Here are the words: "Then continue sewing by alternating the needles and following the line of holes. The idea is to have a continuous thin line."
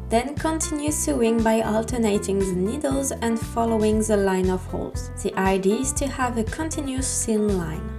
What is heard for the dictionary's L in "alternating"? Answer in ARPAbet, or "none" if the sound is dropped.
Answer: L